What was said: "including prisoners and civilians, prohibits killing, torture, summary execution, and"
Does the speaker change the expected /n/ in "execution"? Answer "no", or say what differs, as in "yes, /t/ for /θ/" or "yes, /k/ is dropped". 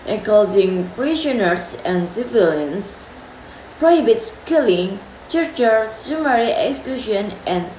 no